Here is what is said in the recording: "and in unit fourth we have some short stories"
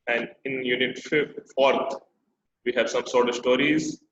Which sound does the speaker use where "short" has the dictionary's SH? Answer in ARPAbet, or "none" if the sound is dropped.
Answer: S